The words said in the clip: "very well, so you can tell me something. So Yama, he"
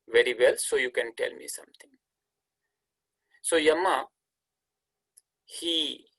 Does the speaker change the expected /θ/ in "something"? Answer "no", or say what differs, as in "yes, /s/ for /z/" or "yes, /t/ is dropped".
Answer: yes, /t/ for /θ/